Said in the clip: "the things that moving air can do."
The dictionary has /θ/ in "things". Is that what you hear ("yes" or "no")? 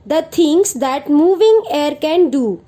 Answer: no